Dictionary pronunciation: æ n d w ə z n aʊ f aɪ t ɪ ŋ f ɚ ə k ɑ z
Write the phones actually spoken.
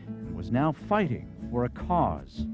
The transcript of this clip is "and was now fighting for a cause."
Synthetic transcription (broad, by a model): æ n w ə z n aʊ f aɪ t ɪ ŋ f ɚ ə k ɑ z